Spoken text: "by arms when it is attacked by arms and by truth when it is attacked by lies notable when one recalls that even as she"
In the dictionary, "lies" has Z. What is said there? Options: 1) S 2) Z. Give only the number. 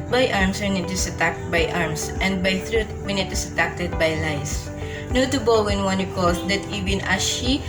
1